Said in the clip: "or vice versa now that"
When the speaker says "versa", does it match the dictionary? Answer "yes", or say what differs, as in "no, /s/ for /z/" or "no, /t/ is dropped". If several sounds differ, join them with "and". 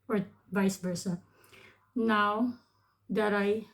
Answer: no, /b/ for /v/